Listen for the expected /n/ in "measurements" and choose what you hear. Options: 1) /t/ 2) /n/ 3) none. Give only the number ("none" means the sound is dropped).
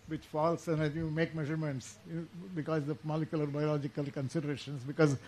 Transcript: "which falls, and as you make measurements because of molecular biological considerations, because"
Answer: 2